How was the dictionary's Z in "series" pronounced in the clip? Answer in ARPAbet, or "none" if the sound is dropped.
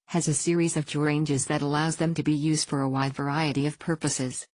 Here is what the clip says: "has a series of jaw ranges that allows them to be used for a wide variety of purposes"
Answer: Z